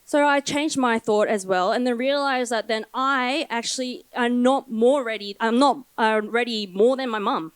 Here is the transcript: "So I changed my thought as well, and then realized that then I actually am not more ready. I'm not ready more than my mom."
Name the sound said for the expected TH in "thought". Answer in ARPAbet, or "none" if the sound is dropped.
TH